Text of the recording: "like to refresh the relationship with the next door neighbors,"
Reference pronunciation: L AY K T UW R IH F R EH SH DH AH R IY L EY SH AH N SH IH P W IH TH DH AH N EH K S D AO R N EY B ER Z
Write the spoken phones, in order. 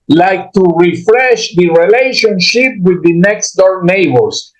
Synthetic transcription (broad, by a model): L AY K T UW R IH F R EH SH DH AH R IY L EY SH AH N SH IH P W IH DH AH N EH K S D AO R N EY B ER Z